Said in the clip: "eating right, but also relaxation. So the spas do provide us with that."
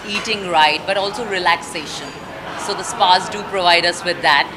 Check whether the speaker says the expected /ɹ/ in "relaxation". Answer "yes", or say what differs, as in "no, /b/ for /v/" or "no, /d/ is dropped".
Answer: yes